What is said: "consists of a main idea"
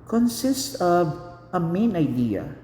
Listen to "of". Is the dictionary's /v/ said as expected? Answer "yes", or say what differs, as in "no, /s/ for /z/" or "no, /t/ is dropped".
yes